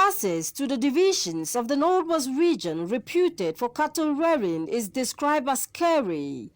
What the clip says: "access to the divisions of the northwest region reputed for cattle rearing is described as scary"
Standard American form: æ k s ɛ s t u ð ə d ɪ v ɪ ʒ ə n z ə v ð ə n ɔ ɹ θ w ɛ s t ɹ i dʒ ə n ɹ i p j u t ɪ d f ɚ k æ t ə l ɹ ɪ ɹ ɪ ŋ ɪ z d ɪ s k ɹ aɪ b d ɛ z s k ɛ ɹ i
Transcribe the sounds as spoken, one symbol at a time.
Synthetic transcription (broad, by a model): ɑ s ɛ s t u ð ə d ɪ v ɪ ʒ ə n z ə v ð ə n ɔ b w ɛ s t ɹ i dʒ ə n ɹ i p j u t ɪ d f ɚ k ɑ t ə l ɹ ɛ ɹ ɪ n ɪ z d ɪ s k ɹ aɪ b d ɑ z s k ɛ ɹ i